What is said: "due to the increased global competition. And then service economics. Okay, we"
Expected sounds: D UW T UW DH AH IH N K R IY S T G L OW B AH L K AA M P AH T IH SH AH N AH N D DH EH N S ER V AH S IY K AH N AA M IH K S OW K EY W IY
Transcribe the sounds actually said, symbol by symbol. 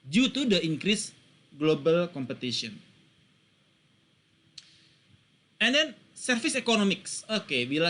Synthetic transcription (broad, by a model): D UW T UW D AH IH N K R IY S G L OW B AH L K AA M P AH T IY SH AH N AH N D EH N S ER F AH S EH K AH N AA M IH K S OW K EY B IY